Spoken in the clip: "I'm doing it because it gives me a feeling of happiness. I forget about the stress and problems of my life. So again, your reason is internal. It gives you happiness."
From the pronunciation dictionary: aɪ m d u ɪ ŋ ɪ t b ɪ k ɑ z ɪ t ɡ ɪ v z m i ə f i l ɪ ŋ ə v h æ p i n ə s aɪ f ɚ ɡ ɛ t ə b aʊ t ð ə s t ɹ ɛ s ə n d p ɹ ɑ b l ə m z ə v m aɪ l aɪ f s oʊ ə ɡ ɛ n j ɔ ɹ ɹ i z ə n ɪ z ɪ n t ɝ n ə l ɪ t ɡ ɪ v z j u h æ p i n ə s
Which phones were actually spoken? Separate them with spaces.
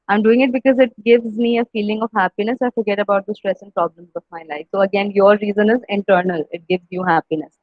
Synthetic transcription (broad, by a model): aɪ m d u ɪ ŋ ɪ t b ɪ k ɑ z ɪ t ɡ ɪ v z m i ə f i l ɪ ŋ ə v h æ p i n ə s aɪ f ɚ ɡ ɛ t ə b aʊ t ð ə s t ɹ ɛ s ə n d p ɹ ɑ b l ə m z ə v m aɪ l aɪ f s oʊ ə ɡ ɛ n j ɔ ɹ ɹ i z ə n ɪ z ɪ n t ɝ n ə l ɪ t ɡ ɪ v z j u h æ p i n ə s